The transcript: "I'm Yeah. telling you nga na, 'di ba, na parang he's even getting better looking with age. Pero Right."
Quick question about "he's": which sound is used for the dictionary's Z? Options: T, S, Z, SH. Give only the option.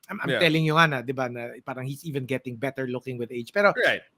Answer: S